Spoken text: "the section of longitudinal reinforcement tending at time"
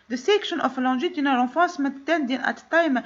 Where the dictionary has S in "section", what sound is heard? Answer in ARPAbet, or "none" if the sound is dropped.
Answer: S